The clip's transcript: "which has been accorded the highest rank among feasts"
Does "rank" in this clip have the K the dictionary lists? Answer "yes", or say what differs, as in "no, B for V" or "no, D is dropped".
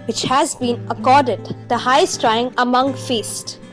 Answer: no, K is dropped